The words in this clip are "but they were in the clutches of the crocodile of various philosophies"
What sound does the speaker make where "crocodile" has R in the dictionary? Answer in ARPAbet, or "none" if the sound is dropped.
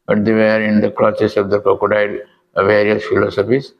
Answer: none